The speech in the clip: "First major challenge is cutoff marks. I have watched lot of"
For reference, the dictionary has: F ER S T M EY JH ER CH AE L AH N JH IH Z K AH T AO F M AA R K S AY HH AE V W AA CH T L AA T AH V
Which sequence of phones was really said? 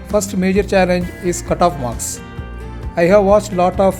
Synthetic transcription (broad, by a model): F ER S T M EY JH ER CH AE L AH N JH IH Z K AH T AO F M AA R K S AY HH AE V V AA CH T L AA T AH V